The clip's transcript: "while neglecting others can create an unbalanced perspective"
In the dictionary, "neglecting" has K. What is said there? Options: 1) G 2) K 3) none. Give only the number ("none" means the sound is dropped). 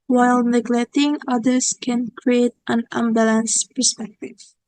2